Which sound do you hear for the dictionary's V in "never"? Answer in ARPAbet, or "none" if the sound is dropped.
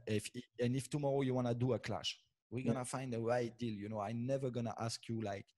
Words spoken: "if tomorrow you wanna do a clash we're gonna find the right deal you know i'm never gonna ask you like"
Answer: V